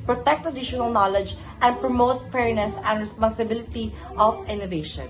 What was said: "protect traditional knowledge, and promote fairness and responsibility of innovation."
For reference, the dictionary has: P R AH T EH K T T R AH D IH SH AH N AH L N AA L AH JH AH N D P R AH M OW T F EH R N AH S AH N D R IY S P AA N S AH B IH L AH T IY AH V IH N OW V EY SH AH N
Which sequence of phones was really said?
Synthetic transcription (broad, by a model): P R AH T EH K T T AH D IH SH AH N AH L N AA L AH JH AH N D P R AH M OW T F EH R N AH S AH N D R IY S P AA N S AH B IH L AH T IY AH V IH N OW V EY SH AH N